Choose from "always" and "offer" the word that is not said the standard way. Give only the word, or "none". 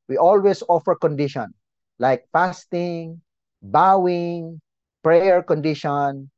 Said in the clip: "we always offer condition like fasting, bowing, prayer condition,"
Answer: always